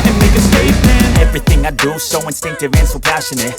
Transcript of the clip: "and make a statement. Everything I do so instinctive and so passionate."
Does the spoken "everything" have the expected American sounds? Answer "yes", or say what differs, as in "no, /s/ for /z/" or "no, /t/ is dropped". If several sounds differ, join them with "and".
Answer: yes